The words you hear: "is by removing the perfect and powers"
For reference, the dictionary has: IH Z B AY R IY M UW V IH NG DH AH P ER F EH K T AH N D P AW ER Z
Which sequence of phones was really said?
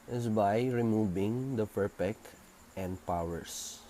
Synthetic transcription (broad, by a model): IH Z B AY R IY M UW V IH NG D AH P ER P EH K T AH N D P AW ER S